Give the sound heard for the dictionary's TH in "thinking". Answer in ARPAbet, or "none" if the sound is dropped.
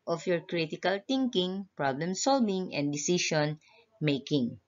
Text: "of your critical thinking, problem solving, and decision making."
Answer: T